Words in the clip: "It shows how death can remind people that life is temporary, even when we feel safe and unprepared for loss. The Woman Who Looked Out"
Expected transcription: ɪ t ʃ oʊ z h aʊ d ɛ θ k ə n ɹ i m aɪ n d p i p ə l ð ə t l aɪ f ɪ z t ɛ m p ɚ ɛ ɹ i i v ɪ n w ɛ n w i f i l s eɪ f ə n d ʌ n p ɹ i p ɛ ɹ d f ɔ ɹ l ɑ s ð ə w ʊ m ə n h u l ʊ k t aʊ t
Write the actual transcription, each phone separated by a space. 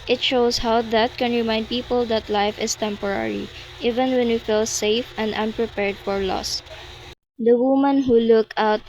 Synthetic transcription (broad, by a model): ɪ t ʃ oʊ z h aʊ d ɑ t k ə n ɹ i m aɪ n d p i p ə l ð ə t l aɪ f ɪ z t ɛ m p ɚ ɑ ɹ i i v ɪ n w ɛ n w i f i l s eɪ f ə n d ʌ n p ɹ i p ɛ ɹ d f ɔ ɹ l ɑ s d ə w ʊ m ə n h u l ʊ k aʊ t